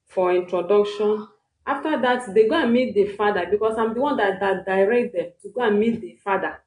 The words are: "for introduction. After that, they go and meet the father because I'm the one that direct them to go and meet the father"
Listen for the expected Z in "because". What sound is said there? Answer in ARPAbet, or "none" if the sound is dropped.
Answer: S